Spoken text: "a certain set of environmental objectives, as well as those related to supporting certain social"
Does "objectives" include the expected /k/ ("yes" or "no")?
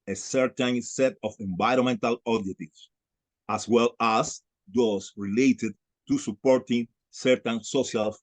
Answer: no